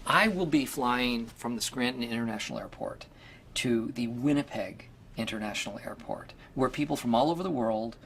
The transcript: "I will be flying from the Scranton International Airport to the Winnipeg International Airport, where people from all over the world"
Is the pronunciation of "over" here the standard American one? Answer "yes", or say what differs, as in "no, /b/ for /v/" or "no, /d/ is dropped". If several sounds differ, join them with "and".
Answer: yes